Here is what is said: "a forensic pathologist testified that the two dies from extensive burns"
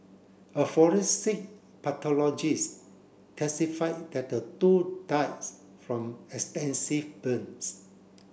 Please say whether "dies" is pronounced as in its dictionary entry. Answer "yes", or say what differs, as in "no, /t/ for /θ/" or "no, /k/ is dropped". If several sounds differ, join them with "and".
no, /s/ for /z/